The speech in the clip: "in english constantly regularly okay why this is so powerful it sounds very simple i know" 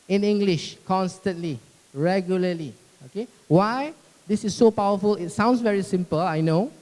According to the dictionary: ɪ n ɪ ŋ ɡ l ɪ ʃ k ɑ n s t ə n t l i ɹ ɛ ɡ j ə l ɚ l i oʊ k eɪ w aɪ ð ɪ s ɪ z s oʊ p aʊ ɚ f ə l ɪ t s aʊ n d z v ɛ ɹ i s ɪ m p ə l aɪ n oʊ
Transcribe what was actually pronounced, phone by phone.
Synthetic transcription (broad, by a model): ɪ n ɪ ŋ ɡ l ɪ ʃ k ɑ n s t ə n t l i ɹ ɛ ɡ j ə l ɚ l i oʊ k eɪ w aɪ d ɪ s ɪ s oʊ p aʊ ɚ f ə l ɪ t s aʊ n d s v ɛ ɹ i s ɪ m p ə l aɪ n oʊ